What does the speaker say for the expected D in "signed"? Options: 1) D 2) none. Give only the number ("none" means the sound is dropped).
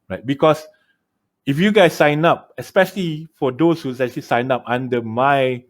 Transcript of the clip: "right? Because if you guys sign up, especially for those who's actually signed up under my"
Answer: 2